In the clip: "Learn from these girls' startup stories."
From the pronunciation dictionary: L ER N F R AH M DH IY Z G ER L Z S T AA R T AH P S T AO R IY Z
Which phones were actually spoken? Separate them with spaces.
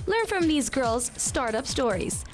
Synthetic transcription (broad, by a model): L ER N F R AH M DH IY Z G ER L Z S T AA R T AH P S T AO R IY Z